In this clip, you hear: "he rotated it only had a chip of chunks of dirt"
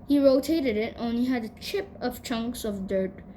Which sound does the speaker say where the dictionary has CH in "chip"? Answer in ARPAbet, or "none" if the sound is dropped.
CH